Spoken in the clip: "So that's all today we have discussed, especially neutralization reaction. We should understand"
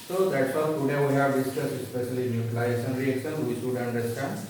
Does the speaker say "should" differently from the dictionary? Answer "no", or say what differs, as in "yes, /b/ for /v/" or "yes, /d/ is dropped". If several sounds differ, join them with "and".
yes, /s/ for /ʃ/